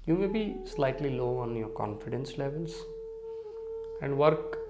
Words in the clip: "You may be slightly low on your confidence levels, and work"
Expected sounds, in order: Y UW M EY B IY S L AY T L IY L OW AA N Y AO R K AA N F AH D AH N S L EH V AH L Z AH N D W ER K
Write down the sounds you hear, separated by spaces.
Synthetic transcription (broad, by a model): Y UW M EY B IY S L AY T L IY L OW AA N Y AO R K AA N F AH D AH N S L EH V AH L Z AH N D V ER K